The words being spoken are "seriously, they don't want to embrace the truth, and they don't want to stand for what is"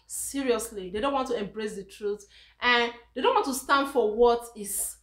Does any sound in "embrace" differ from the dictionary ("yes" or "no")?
no